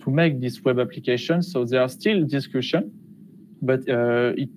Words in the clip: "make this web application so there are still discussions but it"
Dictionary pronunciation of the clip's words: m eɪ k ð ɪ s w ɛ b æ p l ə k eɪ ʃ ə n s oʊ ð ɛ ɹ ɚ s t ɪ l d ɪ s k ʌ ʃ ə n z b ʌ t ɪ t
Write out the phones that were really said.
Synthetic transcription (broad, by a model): m eɪ k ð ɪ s w ɛ b æ p l ə k eɪ ʃ ə n s oʊ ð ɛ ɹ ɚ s t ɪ l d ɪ s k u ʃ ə n b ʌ t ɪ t